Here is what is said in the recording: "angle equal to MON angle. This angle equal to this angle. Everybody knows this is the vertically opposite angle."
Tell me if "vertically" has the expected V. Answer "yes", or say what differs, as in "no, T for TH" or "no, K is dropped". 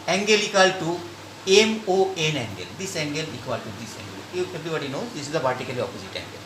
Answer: no, P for V